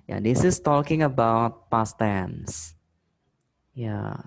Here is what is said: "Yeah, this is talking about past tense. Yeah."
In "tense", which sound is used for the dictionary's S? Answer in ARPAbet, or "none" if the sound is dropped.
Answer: S